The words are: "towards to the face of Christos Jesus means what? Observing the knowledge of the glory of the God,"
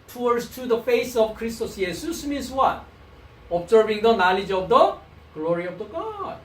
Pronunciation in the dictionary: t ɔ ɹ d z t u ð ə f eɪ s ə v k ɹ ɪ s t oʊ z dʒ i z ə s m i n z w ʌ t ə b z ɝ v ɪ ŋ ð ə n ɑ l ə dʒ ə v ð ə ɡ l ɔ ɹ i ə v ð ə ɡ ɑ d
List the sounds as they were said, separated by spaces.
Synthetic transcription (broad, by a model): t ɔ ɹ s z t u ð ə f eɪ s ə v k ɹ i s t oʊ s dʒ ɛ s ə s m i n s w ʌ t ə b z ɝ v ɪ ŋ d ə n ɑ l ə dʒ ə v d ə ɡ l ɔ ɹ i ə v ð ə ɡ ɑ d